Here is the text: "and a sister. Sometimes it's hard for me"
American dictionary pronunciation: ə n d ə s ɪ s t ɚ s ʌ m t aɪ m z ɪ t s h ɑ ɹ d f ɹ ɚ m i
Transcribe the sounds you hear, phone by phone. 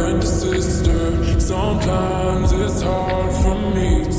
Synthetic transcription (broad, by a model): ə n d ə s ɪ s t ɚ s ʌ m t aɪ m z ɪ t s h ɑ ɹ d f ɹ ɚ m i